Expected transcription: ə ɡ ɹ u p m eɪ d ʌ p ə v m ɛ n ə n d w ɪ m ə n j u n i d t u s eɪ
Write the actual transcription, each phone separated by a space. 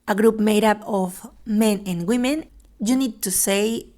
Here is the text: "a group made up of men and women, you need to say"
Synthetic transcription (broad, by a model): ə ɡ ɹ u p m eɪ d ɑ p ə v m ɛ n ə n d w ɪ m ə n j u n i d t u s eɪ